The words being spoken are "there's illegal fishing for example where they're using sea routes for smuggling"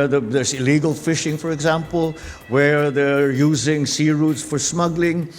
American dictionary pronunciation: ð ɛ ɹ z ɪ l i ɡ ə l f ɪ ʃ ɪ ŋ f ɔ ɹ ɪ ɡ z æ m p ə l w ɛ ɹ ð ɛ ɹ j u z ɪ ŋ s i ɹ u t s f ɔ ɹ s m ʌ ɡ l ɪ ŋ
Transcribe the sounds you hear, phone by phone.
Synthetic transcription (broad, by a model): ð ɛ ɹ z ɪ l i ɡ ə l f ɪ ʃ ɪ ŋ f ɔ ɹ ɪ ɡ z æ m p ə l w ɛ ɹ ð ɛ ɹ j u z ɪ ŋ s i ɹ u t s f ɔ ɹ s m ʌ ɡ l ɪ ŋ